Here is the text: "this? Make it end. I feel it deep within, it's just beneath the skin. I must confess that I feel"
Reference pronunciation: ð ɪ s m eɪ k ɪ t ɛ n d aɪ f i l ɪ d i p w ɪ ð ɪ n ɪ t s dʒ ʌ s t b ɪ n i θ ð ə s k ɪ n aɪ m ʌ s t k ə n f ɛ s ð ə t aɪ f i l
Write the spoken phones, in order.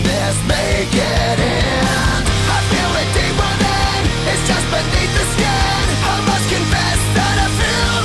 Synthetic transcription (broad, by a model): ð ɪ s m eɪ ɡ ɪ t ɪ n aɪ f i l ɪ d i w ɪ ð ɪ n ɪ t s dʒ ʌ s t b ɪ n i θ ð ə s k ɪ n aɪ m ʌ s k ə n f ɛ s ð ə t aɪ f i